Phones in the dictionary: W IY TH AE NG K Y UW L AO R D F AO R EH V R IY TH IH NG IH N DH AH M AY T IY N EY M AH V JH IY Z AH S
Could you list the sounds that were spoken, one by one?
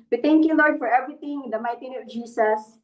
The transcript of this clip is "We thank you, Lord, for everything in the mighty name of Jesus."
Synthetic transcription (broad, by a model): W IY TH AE NG K Y UW L AO R D F AO R EH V R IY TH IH NG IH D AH M AY T IY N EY AH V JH IY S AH S